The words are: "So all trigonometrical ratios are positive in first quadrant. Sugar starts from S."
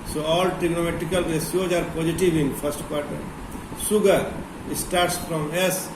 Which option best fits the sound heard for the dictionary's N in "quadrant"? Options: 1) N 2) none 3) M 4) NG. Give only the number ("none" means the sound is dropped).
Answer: 2